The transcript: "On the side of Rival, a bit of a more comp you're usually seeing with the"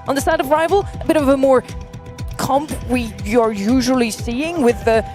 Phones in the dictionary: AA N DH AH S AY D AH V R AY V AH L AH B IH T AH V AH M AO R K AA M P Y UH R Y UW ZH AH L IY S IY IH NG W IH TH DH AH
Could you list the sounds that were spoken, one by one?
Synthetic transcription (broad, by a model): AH N DH AH S AY D AH V R AY V AH L AH B IH T AH V AH M AO R K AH M P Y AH R Y UW ZH AH L IY S IY IH NG W IH DH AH